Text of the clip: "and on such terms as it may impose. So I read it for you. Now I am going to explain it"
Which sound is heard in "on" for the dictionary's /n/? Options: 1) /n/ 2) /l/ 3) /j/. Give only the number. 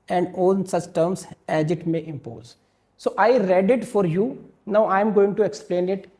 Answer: 2